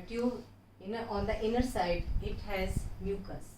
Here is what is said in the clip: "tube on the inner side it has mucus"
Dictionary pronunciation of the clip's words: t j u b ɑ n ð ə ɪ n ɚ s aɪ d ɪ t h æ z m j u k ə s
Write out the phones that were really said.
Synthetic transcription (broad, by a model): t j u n ɑ n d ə ɪ n ɚ s aɪ d ɪ t h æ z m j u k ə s